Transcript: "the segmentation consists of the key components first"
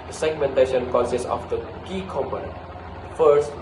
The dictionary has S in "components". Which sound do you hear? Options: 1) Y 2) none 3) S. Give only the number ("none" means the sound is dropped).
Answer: 2